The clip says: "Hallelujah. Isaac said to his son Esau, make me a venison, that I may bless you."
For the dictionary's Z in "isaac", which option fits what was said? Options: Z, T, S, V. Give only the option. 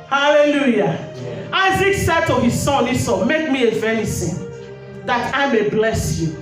Z